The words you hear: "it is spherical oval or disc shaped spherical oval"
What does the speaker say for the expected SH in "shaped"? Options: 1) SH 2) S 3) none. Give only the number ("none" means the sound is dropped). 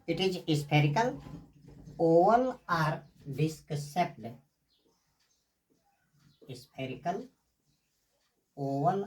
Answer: 2